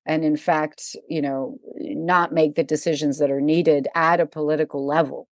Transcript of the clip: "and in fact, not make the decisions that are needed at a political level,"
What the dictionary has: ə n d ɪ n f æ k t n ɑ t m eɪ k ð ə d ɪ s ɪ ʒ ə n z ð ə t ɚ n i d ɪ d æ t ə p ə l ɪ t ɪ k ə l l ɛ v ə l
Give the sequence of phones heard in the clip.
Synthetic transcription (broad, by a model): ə n ɪ n f æ k t n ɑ t m eɪ k ð ə d ɪ s ɪ ʒ ə n z ð ə t ɚ n i d ɪ d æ t ə p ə l ɪ t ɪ k l l ɛ v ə l